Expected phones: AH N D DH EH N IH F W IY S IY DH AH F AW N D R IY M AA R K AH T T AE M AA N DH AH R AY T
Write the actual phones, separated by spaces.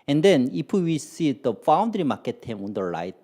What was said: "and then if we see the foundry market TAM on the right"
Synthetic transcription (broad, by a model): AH N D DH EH N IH P W IY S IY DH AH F AW N D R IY M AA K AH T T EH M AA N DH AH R AY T